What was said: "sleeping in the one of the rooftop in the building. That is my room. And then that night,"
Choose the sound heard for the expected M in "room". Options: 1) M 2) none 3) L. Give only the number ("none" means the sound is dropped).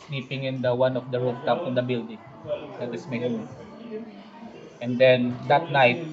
2